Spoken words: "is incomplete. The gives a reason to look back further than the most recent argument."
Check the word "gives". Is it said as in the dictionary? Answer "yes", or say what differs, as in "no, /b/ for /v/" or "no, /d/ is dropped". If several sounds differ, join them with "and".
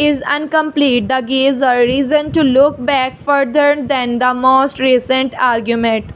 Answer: no, /v/ is dropped